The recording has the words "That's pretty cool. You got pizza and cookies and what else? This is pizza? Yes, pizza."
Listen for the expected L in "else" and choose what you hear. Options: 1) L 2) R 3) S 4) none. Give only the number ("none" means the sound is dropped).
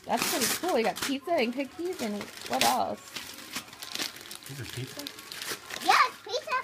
1